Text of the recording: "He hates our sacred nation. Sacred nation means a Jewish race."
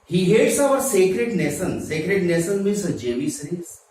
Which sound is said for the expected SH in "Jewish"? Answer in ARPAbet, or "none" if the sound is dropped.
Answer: S